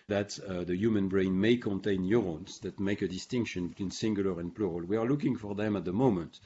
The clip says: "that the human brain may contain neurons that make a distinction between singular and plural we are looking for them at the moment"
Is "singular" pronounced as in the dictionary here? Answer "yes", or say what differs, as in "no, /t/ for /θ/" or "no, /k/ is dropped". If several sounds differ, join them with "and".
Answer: yes